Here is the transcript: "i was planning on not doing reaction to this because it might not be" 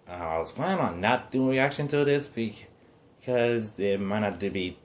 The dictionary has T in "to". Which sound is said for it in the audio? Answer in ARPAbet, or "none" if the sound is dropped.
T